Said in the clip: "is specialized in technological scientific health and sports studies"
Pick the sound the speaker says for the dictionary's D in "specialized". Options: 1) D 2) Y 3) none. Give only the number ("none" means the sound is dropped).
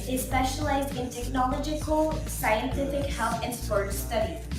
1